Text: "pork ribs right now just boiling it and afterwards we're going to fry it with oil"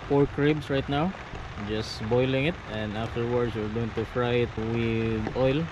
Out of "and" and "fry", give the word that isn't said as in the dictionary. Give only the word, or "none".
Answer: none